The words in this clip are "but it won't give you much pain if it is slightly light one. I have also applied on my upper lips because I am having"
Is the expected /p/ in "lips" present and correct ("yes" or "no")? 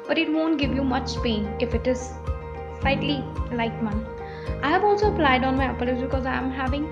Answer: no